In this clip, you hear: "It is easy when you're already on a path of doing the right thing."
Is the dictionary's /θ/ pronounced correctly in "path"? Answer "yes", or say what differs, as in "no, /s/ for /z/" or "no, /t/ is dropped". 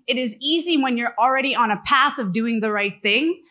yes